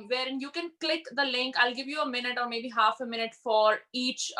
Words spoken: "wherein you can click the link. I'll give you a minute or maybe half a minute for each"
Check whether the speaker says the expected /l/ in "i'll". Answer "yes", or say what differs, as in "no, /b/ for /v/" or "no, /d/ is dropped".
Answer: yes